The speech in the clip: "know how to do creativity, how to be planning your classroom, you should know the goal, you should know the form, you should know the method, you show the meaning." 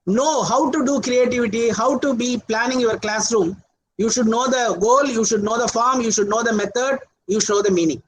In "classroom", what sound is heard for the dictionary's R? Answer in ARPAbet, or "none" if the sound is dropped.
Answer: R